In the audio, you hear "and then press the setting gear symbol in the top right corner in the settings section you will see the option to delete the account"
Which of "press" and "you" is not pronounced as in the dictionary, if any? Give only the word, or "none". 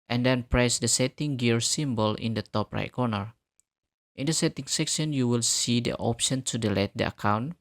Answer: none